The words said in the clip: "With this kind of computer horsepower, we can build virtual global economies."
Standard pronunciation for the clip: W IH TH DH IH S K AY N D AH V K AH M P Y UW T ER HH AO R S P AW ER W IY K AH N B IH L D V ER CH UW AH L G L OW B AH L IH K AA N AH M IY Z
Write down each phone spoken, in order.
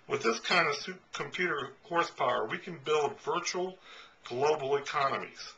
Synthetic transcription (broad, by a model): W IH DH IH S K AY N D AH P K AH M P Y UW T ER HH AO R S P AW ER W IY K AH N B IH L D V ER CH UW L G L OW B L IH K AA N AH M IY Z